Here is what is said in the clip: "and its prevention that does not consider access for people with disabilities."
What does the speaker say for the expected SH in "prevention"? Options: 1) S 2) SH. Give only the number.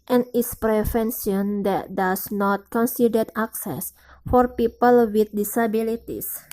1